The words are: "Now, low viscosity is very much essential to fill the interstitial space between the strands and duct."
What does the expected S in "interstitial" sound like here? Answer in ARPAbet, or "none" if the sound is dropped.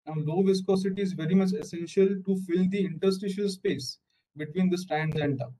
S